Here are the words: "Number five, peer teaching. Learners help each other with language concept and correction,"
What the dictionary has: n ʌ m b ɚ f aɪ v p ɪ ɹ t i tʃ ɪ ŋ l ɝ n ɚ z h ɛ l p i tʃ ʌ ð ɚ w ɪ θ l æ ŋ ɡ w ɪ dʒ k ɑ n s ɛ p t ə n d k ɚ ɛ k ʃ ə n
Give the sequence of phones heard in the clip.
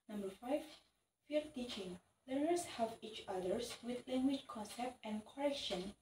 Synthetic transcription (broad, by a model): n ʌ m b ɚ f aɪ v f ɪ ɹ t i tʃ ɪ ŋ l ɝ n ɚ s h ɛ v i tʃ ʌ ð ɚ w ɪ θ l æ ŋ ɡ w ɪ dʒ k ɑ n s ɛ p t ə n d k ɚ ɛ k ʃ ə n